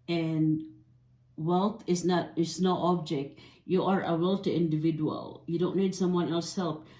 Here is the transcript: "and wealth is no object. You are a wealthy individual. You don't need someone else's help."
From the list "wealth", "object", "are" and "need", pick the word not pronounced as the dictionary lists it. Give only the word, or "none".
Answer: wealth